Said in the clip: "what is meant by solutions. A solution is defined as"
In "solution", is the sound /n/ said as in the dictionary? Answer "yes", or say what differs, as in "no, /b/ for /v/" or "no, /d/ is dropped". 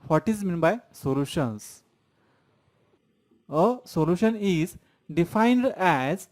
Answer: yes